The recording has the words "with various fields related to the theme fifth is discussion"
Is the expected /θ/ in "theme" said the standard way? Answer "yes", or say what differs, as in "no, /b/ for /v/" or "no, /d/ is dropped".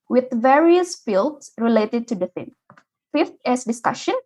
no, /f/ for /θ/